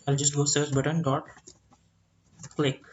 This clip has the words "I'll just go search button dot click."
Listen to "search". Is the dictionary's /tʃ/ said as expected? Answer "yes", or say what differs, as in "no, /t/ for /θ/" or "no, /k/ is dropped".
no, /s/ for /tʃ/